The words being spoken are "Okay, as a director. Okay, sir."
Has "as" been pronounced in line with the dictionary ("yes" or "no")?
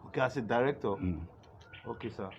no